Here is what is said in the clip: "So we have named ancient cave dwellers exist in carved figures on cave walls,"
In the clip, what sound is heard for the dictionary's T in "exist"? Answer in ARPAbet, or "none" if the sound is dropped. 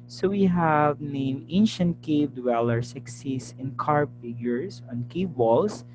none